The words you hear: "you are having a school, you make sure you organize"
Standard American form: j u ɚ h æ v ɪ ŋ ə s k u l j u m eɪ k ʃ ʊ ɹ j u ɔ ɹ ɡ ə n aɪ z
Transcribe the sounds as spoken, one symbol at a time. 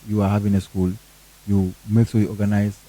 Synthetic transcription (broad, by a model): j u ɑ h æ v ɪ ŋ ə s k u l j u m eɪ k s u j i ɔ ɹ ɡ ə n aɪ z